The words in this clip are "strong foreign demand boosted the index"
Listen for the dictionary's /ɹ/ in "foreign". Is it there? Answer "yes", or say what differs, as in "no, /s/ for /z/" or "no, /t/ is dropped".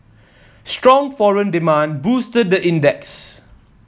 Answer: yes